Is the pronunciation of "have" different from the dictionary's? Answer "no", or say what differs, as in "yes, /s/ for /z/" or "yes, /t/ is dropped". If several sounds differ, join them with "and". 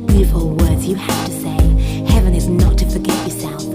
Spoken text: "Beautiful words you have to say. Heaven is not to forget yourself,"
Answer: yes, /f/ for /v/